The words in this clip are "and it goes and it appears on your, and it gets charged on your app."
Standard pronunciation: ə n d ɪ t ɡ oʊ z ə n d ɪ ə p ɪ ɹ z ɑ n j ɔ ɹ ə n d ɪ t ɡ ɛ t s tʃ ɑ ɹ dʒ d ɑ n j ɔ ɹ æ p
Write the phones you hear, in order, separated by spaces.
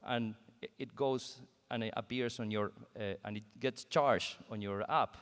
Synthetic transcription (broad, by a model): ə n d ɪ t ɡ oʊ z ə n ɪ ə p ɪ ɹ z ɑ n j ɔ ɹ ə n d ɪ t ɡ ɛ t s tʃ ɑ ɹ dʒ ɑ n j ɔ ɹ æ p